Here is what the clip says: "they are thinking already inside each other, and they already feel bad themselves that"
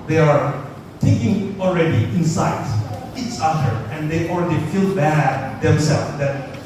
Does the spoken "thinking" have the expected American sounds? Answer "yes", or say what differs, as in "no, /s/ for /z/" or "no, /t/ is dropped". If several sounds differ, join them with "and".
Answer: no, /t/ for /θ/